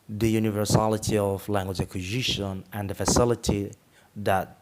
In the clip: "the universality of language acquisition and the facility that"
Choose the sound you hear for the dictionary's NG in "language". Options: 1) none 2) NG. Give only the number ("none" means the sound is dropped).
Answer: 2